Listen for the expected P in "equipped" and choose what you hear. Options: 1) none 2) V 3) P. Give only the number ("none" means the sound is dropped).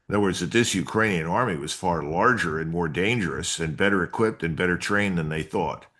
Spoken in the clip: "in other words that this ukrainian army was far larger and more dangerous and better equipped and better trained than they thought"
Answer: 3